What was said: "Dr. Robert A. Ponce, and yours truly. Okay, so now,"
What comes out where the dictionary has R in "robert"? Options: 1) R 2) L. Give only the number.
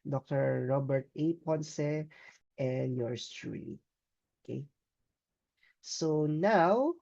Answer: 1